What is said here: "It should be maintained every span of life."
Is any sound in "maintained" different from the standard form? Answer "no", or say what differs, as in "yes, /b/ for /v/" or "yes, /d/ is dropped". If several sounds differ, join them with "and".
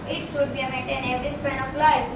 yes, /d/ is dropped